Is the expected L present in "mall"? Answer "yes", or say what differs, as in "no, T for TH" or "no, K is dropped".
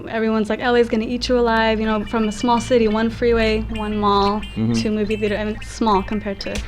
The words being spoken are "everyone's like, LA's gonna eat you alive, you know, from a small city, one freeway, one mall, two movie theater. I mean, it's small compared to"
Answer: yes